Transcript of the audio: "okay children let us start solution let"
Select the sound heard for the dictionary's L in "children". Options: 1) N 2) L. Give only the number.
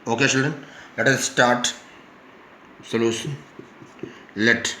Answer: 2